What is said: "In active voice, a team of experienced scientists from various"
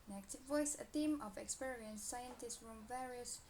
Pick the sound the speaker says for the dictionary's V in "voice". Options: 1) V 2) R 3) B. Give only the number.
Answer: 1